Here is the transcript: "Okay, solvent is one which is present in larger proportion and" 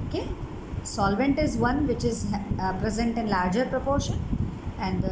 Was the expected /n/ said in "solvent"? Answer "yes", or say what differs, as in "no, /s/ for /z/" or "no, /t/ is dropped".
yes